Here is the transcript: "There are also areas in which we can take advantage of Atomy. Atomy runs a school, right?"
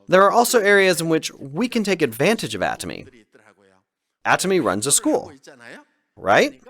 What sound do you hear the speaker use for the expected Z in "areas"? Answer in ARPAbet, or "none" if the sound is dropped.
Z